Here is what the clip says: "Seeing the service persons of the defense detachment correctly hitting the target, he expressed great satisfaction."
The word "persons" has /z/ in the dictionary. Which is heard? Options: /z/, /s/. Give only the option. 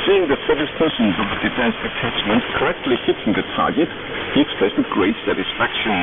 /z/